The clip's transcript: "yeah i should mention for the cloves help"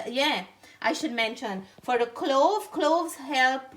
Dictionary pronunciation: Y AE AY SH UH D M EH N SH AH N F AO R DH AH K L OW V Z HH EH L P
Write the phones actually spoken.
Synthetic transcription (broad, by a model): Y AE AY SH UH D M EH N SH AH N F AO R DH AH K L OW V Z HH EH L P